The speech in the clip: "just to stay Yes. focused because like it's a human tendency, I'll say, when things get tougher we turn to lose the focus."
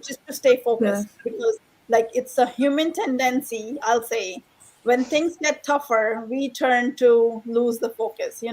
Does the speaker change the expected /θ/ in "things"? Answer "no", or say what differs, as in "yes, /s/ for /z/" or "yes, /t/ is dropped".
yes, /t/ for /θ/